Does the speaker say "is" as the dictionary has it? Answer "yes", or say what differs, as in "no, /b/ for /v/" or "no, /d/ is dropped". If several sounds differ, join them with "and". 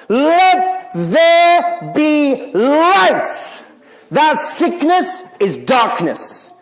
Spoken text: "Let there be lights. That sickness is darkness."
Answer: yes